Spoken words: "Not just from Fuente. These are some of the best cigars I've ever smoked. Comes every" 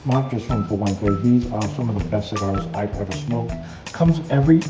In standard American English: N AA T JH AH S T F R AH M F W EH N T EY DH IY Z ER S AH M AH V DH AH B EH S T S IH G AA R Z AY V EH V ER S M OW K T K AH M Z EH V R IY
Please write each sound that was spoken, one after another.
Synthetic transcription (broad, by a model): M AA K JH AH S T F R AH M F W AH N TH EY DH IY Z ER S AH M AH V DH AH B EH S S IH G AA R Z AY P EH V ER S M OW K K AH M Z EH V R IY